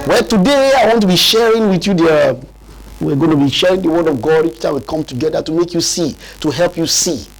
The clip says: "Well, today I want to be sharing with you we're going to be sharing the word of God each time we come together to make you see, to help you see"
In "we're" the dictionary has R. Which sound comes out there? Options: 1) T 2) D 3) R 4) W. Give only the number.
4